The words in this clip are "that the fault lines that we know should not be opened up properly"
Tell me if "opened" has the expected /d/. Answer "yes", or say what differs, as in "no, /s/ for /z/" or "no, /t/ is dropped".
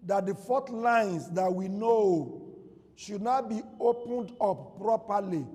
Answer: yes